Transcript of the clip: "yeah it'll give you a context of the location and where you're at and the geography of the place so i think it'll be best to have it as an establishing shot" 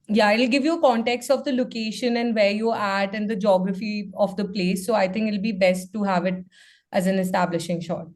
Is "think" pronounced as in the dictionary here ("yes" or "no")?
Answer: no